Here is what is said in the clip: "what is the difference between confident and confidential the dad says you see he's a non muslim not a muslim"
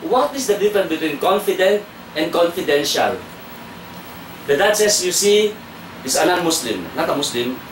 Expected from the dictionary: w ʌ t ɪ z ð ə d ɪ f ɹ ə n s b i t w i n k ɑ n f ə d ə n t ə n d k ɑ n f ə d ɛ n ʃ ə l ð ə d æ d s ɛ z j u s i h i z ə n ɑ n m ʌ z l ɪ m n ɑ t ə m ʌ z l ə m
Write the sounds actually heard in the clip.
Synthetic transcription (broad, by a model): w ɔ t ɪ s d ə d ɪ f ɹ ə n b i t w i n k ɑ n f ə d ə n t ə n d k ɑ n f ə d ɛ n ʃ ə l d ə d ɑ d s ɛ s j u s i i s ə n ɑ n m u s l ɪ m n ɑ t ə m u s l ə m